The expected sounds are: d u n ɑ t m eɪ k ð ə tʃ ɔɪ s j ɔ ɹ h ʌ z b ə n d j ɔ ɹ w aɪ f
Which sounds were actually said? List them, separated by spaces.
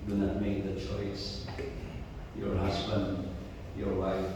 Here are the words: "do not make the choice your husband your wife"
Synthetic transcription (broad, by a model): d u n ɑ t m eɪ k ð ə tʃ ɔɪ s j ɔ ɹ h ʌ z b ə n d j ɔ ɹ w aɪ f